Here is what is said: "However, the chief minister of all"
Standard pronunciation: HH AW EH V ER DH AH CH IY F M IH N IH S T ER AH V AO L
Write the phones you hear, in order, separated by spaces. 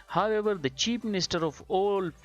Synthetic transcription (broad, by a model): HH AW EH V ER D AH CH IY P M IH N IH S T ER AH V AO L